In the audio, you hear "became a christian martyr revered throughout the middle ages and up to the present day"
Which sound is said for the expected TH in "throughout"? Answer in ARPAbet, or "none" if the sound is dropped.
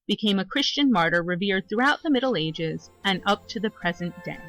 TH